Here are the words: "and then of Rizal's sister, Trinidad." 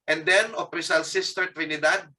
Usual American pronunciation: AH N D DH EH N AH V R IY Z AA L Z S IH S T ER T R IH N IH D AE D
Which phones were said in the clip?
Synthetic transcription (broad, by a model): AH N D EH N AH P R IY S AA L S IH S T ER T R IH N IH D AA D